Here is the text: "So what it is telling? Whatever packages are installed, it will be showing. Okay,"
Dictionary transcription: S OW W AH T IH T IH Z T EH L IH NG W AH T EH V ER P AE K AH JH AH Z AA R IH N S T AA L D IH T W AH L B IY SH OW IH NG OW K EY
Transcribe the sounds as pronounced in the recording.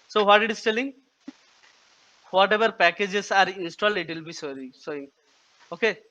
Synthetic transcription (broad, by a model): S OW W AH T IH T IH S T EH L IH NG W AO T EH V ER P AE K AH JH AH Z AA R IH N S T AA L D IH T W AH L B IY S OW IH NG OW K EY